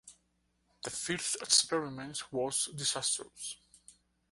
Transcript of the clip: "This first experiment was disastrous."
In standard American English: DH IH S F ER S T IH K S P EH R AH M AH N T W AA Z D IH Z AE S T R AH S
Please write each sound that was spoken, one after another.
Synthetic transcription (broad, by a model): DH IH F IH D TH IH K S P EH R AH M AH N T W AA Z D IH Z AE S T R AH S